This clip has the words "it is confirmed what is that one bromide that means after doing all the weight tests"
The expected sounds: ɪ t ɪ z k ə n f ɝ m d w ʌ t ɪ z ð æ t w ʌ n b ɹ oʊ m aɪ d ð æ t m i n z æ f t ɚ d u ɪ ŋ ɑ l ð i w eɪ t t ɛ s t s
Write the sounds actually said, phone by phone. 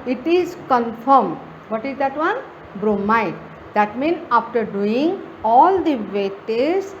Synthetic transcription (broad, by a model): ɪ t ɪ z k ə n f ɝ m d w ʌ t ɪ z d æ t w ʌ n b ɹ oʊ m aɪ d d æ t m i n ɑ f t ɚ d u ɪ ŋ ɑ l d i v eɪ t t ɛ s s